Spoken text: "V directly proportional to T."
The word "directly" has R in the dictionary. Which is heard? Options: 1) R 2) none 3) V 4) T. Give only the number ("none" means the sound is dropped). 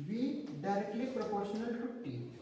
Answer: 1